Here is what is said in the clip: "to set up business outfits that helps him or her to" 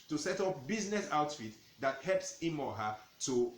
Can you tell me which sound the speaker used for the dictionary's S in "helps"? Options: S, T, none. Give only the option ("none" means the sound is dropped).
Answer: S